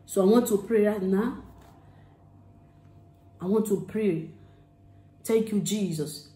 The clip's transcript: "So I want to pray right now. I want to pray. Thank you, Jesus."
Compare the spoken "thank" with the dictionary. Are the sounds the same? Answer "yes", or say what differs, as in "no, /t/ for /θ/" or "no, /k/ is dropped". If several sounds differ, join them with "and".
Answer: no, /t/ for /θ/